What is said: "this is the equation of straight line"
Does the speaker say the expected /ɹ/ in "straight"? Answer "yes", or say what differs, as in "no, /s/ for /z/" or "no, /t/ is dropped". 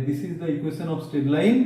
no, /ɹ/ is dropped